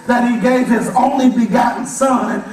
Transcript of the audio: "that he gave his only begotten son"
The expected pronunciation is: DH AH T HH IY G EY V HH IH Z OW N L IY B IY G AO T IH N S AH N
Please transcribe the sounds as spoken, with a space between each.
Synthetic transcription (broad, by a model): DH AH T HH IY G EY V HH IH Z OW N L IY B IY G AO T N S AH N